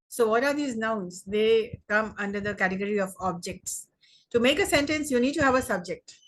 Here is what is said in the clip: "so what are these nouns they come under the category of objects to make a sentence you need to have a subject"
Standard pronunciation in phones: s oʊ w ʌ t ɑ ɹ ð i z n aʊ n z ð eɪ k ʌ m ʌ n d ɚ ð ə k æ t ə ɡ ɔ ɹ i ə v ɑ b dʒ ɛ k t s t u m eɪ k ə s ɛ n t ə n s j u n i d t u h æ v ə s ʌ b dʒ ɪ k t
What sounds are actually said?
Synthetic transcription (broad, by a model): s oʊ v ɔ t ɑ ɹ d i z n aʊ n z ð eɪ k ʌ m ʌ n d ɚ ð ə k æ t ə ɡ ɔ ɹ i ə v ɑ b dʒ ɛ k t s t u m eɪ k ə s ɛ n t ə n s j u n i d t u h æ v ə s ʌ b dʒ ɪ k t